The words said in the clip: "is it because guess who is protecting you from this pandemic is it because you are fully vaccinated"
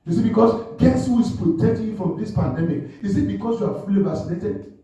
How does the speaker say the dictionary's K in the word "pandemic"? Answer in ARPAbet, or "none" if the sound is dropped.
K